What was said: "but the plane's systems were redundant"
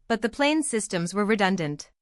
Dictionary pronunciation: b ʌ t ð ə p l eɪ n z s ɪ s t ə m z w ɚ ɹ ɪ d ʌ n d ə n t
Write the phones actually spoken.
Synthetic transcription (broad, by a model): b ʌ t ð ə p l eɪ n s ɪ s t ə m z w ɚ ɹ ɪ d ʌ n d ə n t